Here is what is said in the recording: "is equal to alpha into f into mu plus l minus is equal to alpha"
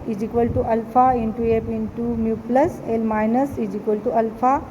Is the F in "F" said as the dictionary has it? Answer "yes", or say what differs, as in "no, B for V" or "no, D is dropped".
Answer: no, P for F